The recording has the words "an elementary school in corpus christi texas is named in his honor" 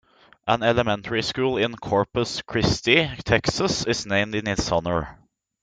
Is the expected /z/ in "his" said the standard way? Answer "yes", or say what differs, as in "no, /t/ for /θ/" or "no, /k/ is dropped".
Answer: no, /s/ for /z/